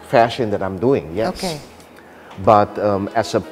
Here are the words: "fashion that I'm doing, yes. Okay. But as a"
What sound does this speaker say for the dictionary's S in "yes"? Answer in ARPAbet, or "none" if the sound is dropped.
none